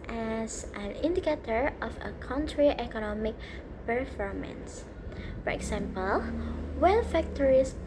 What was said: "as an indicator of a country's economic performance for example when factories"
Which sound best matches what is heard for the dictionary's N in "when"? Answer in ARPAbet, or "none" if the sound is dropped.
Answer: L